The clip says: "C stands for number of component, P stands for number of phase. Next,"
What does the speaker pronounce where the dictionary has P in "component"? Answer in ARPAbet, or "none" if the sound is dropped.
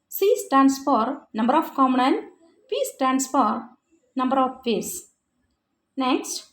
none